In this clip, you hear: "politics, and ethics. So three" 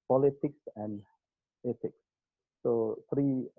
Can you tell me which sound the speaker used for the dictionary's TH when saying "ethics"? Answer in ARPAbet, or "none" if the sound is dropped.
T